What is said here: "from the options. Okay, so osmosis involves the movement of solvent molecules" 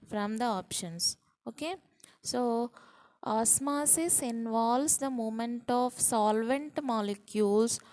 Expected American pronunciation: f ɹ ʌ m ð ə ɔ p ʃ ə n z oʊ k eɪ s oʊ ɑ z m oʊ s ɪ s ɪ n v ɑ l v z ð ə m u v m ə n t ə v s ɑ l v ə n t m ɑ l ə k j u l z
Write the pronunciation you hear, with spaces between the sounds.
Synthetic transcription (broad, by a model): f ɹ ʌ m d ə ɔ p ʃ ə n s oʊ k eɪ s oʊ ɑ s m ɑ s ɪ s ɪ n v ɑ l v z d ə m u m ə n t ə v s ɑ l v ə n t m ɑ l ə k j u l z